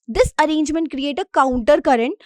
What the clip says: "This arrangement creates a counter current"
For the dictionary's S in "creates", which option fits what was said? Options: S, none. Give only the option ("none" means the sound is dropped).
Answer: none